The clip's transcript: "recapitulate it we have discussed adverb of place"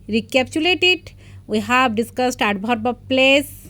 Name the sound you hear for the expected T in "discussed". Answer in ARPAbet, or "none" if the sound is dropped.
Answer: T